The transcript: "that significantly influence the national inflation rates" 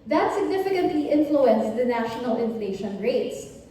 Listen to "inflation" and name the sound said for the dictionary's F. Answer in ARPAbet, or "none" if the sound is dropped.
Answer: F